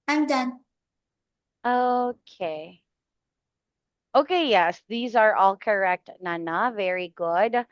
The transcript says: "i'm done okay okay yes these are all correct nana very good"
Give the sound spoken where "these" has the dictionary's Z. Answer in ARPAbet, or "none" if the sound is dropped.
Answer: Z